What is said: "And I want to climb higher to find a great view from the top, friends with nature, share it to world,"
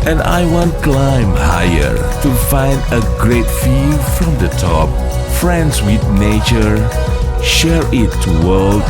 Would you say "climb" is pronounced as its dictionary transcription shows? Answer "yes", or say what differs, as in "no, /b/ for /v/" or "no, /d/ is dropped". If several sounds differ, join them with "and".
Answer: yes